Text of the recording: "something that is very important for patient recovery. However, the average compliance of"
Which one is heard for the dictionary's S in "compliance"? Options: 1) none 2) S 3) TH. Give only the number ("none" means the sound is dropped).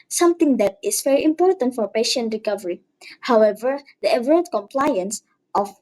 2